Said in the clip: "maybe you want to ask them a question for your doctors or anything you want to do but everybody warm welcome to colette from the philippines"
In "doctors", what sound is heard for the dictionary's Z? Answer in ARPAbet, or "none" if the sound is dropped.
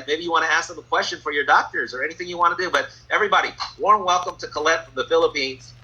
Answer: Z